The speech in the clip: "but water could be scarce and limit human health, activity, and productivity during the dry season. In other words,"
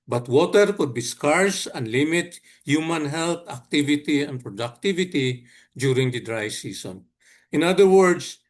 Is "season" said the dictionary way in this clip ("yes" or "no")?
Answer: no